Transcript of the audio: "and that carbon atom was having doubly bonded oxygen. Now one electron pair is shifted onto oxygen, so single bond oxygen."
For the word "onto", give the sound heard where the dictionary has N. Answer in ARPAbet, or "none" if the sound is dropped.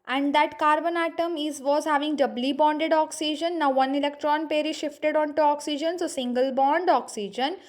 N